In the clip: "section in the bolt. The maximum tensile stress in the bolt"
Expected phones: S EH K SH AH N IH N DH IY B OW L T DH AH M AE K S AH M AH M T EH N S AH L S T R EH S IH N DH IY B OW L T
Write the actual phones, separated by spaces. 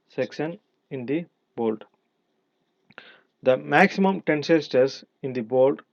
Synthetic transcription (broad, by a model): S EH K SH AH N IH N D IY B OW L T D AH M AE K S AH M AH M T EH N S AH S T AH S IH N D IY B OW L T